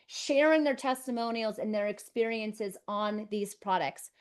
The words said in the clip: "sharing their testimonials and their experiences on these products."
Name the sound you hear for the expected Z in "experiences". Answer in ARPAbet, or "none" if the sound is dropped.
Z